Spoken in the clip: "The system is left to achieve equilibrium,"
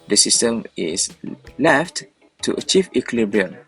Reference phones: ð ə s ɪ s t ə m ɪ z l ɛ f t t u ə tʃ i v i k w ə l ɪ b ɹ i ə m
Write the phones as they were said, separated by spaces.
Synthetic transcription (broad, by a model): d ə s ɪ s t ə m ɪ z l ɛ f t t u ə tʃ i v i k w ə l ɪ b ɹ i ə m